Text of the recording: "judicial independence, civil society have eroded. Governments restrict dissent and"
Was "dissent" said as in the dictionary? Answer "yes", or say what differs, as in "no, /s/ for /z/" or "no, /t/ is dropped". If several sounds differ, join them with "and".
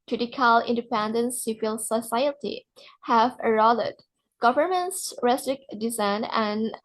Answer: no, /t/ is dropped